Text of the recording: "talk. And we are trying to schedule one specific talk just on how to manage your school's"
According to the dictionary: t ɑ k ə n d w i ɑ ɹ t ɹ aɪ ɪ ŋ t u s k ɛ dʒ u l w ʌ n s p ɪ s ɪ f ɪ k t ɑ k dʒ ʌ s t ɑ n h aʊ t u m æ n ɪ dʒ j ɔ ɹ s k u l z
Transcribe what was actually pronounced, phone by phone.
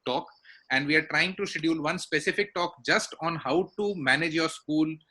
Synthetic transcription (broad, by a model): t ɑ k ə n d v i ɑ ɹ t ɹ aɪ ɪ ŋ t u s ɛ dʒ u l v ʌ n s p ɪ s ɪ f ɪ k t ɑ k dʒ ʌ s t ɑ n h aʊ t u m æ n ɪ dʒ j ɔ ɹ s k u l